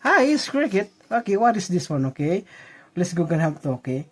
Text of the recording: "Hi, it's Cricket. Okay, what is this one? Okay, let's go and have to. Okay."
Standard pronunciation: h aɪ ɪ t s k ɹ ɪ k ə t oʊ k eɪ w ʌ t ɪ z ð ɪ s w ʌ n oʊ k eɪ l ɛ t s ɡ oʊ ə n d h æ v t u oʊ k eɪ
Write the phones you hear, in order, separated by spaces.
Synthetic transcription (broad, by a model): h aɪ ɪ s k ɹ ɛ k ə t oʊ k eɪ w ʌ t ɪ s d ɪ s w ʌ n oʊ k eɪ l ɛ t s ɡ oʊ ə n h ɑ p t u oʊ k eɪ